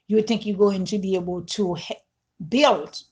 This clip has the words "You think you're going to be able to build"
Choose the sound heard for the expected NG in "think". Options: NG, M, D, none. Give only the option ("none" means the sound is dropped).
NG